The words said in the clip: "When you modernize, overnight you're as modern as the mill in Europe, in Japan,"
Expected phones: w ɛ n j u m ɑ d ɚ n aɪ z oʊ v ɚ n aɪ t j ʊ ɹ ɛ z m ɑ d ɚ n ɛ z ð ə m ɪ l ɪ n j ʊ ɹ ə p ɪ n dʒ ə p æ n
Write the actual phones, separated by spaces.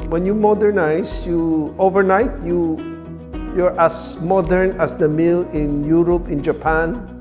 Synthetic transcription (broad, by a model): w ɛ n j u m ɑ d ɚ n aɪ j oʊ v ɚ n aɪ t j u ɹ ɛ s m ɑ d ɚ n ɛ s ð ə m ɪ l ɪ n j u ɹ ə p ɪ n dʒ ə p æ n